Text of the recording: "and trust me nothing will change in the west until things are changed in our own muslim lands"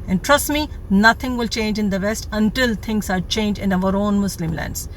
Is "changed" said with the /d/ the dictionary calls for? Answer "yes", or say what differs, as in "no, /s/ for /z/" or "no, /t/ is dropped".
no, /d/ is dropped